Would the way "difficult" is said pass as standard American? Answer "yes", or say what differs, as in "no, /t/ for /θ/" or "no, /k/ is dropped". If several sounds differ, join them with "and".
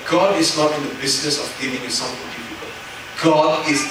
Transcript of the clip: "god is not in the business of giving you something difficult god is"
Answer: no, /p/ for /f/